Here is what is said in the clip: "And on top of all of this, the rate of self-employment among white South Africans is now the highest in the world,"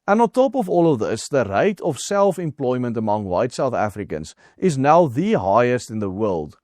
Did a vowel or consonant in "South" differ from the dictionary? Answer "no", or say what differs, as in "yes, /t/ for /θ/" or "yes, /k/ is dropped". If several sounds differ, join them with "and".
no